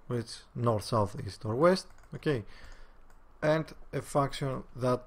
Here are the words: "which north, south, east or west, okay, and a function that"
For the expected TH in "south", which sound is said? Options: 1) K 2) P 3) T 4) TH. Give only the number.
4